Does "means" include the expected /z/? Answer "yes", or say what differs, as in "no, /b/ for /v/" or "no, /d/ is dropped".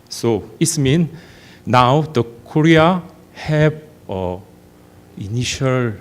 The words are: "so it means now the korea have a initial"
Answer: no, /z/ is dropped